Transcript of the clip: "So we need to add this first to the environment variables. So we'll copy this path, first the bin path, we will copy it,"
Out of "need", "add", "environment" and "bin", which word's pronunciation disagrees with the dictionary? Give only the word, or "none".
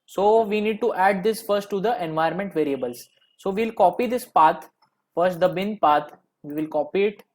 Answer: environment